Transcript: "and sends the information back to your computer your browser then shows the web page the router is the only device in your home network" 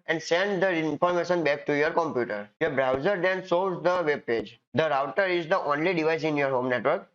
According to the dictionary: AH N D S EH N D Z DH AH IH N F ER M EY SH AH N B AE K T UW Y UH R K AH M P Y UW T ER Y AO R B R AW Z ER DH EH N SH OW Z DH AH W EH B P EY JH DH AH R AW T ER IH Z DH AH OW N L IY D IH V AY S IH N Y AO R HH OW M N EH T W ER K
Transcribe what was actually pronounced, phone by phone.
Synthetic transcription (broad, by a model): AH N D S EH N D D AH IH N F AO M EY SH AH N B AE K T UW Y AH R K AH M P Y UW T ER Y AO R B R AW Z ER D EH N S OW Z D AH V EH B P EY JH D AH R AW T ER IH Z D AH OW N L IY D IH V AY S IH N Y AO R HH OW M N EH T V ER K